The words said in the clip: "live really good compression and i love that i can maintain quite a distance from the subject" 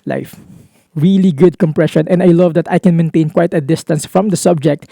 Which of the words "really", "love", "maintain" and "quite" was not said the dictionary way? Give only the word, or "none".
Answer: none